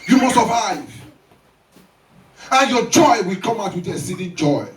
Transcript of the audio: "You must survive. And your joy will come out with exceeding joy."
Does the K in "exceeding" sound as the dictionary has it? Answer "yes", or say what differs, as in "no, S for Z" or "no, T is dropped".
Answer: no, K is dropped